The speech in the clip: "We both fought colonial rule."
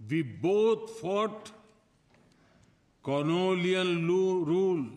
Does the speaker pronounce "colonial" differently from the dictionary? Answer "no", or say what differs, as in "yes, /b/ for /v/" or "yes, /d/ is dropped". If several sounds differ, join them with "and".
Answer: yes, /n/ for /l/ and /l/ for /n/ and /n/ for /l/